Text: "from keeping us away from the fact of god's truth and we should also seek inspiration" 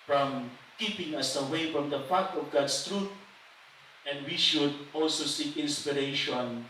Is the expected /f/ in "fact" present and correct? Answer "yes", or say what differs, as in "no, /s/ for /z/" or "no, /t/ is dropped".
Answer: no, /p/ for /f/